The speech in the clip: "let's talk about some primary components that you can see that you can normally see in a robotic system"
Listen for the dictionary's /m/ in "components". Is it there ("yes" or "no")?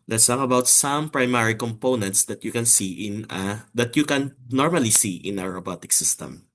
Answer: yes